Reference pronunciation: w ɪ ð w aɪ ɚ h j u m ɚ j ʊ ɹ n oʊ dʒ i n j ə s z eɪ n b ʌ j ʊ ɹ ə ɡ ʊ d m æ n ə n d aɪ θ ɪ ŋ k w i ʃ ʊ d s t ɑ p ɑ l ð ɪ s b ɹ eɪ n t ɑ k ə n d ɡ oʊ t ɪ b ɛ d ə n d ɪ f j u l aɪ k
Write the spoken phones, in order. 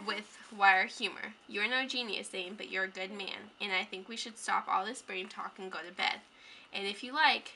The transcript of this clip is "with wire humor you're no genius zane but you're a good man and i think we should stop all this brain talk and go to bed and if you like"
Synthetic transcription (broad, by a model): w ɪ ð w aɪ ɚ h j u m ɚ j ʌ ɹ n oʊ dʒ i n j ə s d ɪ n b ʌ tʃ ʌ ɹ ə ɡ ʊ d m æ n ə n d aɪ θ ɪ ŋ k w i ʃ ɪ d s t ɑ p ɑ l ð ɪ s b ɹ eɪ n t ɑ k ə n ɡ oʊ t ɪ b ɛ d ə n ɪ f j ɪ l aɪ k